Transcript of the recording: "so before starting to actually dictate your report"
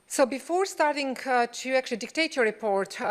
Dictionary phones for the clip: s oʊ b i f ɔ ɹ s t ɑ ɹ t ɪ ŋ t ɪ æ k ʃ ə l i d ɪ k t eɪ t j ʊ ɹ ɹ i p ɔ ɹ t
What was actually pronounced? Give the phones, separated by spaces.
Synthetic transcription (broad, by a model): s oʊ b i f ɔ ɹ s t ɑ ɹ t ɪ ŋ t ɪ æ k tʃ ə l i d ɪ k t eɪ t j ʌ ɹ ɹ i p ɔ ɹ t